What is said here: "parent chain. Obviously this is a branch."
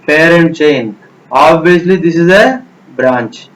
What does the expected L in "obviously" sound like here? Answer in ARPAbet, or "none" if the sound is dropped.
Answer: L